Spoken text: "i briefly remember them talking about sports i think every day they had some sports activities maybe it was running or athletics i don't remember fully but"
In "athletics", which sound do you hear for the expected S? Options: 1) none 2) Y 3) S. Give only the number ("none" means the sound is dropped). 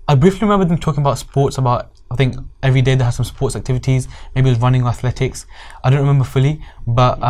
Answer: 3